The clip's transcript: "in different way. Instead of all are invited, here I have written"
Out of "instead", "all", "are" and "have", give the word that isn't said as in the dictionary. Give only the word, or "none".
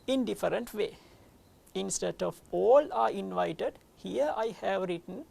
none